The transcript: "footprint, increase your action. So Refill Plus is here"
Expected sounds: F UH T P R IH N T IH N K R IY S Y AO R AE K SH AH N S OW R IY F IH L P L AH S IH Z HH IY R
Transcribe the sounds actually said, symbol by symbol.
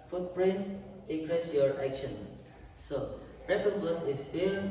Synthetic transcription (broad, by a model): F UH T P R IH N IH K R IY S Y AO R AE K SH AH N S OW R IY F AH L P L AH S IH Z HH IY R